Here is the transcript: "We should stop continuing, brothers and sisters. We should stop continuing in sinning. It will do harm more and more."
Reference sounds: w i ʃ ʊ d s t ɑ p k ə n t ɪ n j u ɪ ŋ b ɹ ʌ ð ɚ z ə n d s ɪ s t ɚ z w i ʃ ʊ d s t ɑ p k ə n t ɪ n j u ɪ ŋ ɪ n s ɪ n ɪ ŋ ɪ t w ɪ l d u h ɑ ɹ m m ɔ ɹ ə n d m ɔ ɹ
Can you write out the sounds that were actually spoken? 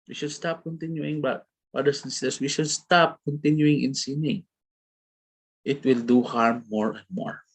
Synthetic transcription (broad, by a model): w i ʃ ʊ d s t ɑ p k ə n t ɪ n j u ɪ ŋ b ʌ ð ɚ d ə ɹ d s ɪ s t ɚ s w i ʃ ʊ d s t ɑ p k ə n t ɪ n j u ɪ ŋ ɪ n s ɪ n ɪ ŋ ɪ t w ɪ l d u h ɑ ɹ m m ɔ ɹ ə n d m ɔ ɹ